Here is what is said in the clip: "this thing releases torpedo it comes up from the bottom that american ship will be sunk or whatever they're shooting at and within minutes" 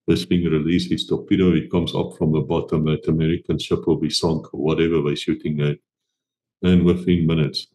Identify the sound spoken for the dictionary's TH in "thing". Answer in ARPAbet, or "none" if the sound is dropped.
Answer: F